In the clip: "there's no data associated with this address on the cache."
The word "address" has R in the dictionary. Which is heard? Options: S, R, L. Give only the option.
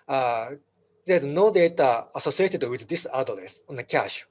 L